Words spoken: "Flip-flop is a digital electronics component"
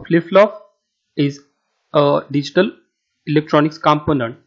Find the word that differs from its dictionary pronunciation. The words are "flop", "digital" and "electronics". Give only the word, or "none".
flop